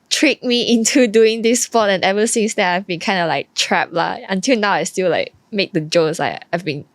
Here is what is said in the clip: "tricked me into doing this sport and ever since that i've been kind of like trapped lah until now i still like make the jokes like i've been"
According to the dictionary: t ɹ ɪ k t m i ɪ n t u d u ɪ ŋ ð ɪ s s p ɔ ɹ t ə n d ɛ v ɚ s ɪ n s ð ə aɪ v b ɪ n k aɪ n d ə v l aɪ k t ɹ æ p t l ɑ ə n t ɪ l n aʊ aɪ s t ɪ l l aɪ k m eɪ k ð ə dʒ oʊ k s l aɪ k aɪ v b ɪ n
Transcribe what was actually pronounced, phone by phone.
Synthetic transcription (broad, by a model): t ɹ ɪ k m i ɪ n t u d u ɪ ŋ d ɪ s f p ɔ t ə n ɛ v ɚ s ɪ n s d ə aɪ v b ɪ n k aɪ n d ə l aɪ k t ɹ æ p l ɑ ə n t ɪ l n aʊ aɪ s t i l l aɪ k m eɪ k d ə dʒ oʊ s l aɪ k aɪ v b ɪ n